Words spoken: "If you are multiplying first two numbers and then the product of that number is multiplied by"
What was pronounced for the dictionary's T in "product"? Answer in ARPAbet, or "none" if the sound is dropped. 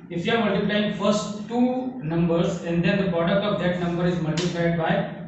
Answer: none